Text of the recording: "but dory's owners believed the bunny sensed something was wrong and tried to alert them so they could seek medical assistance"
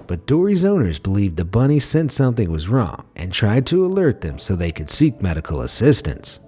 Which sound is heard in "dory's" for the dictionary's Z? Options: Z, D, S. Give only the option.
Z